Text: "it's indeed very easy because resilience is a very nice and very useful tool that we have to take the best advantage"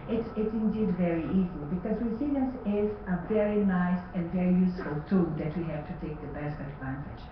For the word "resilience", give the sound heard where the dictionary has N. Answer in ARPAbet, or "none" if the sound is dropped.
none